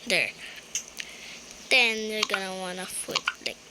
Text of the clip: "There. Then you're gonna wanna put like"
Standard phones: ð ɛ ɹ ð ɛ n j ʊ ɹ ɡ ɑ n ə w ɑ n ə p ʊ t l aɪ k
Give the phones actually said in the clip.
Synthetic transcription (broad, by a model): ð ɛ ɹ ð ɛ n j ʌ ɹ ɡ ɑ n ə w ɑ n ə f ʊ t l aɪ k